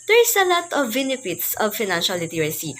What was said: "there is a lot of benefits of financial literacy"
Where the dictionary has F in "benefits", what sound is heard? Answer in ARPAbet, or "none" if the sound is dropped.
P